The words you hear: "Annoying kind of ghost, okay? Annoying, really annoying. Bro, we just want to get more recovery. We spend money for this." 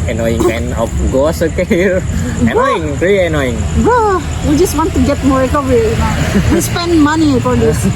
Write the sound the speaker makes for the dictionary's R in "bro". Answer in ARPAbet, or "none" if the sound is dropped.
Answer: none